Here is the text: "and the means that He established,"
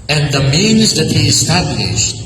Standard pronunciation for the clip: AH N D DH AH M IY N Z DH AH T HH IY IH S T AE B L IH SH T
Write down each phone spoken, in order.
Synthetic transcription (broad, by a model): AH N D DH AH M IY N Z DH AH T HH IY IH S T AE B L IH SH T